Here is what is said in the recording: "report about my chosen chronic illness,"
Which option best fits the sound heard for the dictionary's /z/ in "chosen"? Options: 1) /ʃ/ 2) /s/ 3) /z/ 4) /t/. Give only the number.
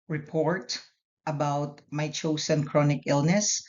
2